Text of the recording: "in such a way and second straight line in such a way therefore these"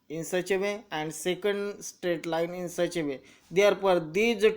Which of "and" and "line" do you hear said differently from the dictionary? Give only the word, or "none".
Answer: none